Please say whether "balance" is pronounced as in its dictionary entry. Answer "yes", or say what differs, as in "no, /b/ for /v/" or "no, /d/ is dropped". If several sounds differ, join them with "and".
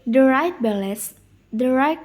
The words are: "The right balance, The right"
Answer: no, /n/ is dropped